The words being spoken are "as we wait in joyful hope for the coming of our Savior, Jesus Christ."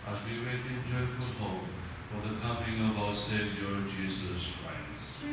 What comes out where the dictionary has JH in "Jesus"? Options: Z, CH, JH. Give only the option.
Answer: JH